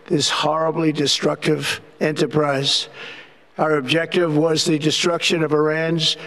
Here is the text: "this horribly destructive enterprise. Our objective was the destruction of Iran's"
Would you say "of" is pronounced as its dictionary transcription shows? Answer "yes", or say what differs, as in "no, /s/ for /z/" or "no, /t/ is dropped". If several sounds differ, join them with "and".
yes